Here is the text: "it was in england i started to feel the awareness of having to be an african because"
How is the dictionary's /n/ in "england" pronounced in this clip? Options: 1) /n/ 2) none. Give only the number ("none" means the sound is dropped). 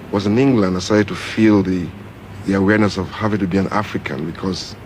1